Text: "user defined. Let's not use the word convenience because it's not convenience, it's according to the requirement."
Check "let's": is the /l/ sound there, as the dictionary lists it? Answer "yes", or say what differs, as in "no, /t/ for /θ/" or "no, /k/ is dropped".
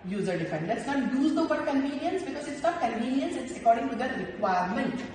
yes